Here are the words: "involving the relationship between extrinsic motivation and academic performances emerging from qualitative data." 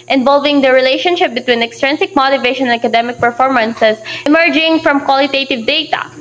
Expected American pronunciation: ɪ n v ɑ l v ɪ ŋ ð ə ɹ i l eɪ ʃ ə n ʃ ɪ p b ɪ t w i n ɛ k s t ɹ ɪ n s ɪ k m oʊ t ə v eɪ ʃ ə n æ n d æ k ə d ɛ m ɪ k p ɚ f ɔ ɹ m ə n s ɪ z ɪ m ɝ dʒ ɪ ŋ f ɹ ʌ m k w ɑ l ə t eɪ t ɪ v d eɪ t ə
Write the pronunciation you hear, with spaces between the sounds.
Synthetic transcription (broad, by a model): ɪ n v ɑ l v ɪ ŋ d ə ɹ i l eɪ ʃ ə n ʃ ɪ p b ɪ t w i n ɛ k s t ɹ ɪ n s ɪ k m oʊ t ə v eɪ ʃ ə n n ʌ k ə d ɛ m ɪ k p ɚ f ɔ ɹ m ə n s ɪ s ɪ m ɝ dʒ ɪ ŋ f ɹ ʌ m k w ɑ l ə t eɪ t ɪ v d eɪ t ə